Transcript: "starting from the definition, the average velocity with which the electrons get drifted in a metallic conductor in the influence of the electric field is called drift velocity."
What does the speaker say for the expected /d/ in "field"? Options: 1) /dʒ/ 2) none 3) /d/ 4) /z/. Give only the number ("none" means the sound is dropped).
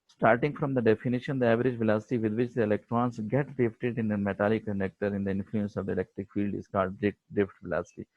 3